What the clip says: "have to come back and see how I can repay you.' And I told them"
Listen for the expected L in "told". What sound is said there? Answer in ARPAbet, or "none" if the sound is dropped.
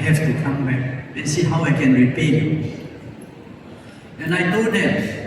none